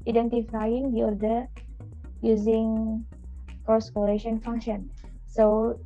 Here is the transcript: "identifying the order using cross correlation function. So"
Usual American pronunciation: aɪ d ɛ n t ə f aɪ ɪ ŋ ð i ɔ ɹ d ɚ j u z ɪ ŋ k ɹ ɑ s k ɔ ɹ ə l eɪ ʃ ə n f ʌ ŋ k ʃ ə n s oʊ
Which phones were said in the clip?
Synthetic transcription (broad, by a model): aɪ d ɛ n t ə f aɪ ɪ ŋ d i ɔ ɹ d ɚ j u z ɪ ŋ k ɑ s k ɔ ɹ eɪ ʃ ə n f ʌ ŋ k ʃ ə n s oʊ